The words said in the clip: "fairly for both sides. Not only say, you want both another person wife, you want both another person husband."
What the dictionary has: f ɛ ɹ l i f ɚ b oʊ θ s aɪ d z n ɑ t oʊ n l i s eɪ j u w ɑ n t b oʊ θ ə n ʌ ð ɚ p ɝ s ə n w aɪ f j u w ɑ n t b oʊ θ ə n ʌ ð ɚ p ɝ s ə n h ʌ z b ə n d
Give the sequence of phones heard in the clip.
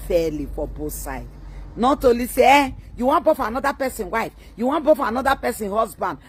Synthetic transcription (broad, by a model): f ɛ l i f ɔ b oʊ s aɪ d n ɑ t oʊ l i s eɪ j u w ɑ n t b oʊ f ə n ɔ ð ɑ p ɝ s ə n w aɪ f j u w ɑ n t b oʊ f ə n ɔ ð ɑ p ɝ s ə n h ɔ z b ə n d